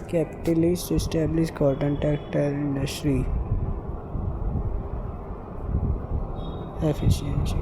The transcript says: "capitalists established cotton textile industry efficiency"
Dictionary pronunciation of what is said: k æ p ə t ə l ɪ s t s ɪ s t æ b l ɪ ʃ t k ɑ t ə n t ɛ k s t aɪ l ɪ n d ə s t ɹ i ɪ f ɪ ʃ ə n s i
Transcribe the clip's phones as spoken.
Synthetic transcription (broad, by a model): k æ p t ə l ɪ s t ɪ s t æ b l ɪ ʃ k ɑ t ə n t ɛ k t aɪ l ɪ n d ə s t ɹ i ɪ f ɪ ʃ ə n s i